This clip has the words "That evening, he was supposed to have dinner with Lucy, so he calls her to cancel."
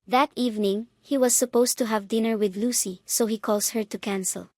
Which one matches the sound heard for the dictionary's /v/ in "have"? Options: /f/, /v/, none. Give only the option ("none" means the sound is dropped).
/v/